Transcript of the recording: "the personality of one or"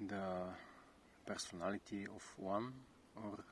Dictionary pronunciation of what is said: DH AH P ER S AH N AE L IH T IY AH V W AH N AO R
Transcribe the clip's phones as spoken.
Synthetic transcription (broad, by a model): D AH P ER S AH N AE L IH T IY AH F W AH N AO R